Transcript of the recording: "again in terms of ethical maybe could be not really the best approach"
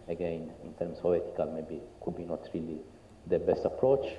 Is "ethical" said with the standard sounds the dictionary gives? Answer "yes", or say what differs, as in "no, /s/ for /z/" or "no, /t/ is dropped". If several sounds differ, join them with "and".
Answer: no, /t/ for /θ/